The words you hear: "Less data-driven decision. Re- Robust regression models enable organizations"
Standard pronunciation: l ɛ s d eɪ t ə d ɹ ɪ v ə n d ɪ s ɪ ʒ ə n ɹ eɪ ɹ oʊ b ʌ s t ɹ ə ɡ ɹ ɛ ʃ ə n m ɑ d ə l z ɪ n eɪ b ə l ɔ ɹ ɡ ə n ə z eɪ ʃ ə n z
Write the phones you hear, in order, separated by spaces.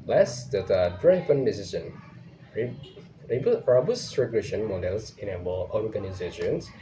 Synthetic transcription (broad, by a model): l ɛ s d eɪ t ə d ɹ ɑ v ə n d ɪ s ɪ s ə n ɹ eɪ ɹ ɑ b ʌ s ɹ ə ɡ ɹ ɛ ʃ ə n m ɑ d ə l s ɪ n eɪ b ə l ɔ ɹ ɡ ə n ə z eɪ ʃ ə n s